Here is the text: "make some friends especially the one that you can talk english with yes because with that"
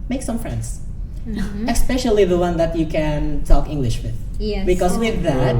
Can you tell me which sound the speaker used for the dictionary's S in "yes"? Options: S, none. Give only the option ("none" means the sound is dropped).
none